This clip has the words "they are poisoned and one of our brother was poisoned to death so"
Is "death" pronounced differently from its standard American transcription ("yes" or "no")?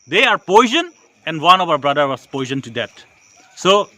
yes